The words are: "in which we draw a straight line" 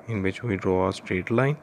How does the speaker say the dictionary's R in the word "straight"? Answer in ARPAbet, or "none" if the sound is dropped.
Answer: R